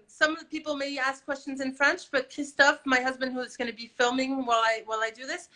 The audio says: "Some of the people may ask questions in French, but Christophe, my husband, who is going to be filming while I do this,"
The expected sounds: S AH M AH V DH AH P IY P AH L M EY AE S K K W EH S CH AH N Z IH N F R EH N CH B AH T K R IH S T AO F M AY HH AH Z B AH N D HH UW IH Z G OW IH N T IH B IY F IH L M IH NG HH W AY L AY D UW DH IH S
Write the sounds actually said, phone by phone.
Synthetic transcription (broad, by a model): S AH M AH V DH AH P IY P L M EY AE S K K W EH S CH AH N Z IH N F R EH N CH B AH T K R IH S T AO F M AY HH AH Z B AH N D HH UW IH Z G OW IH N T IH B IY F IH L M IH NG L W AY L AY D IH DH IH S